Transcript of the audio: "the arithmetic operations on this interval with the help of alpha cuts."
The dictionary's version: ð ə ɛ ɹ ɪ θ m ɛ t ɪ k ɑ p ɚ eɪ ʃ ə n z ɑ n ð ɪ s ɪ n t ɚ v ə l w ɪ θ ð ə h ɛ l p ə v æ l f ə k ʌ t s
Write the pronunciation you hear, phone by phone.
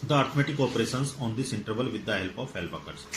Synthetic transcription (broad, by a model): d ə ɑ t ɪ m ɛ t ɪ k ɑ p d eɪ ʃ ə n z ɑ n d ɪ s ɪ n t ɚ v ə l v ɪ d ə h ɛ l p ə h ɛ l p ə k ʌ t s